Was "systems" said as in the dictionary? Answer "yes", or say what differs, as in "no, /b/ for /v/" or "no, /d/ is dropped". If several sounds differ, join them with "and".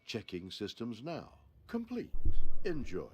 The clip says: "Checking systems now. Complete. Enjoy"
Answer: yes